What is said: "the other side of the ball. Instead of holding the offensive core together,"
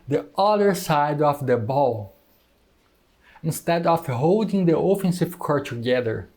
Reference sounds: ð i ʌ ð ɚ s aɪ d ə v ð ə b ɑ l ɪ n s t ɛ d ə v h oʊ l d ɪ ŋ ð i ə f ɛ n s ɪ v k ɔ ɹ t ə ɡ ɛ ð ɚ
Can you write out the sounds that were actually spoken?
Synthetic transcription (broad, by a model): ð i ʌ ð ɚ s aɪ d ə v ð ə b ɑ l ɪ n s t ɛ d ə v h oʊ l d ɪ ŋ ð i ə f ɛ n s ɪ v k ɔ ɹ t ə ɡ ɛ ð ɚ